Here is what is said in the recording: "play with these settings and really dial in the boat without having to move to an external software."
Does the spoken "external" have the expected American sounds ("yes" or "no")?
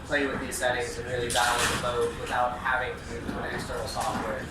no